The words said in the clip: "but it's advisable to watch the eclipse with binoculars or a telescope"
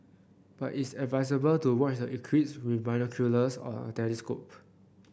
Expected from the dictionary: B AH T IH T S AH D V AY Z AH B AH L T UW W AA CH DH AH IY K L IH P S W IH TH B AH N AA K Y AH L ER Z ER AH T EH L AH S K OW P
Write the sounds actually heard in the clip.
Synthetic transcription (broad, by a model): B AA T IH T S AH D V AY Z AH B AH L T UW W AA CH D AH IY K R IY S W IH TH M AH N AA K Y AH L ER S AH T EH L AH S K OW P